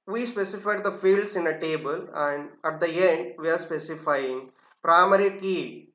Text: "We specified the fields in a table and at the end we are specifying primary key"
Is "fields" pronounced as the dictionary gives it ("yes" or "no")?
no